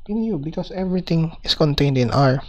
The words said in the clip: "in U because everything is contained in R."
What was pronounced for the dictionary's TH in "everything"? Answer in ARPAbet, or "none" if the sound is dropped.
T